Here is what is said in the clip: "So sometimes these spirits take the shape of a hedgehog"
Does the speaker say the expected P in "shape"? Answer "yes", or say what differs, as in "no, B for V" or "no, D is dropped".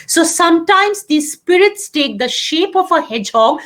yes